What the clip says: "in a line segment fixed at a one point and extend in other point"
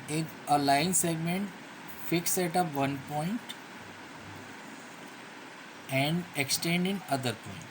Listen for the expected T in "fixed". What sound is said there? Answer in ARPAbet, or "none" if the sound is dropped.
none